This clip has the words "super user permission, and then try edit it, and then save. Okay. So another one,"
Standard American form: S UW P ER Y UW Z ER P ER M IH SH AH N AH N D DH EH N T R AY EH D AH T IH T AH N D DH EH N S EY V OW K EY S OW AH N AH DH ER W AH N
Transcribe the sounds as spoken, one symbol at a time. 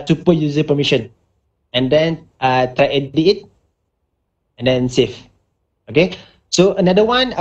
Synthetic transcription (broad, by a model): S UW P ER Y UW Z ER P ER M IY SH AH N AH N D EH N T R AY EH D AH IH T AH N D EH N S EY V OW K EY S OW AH N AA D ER W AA N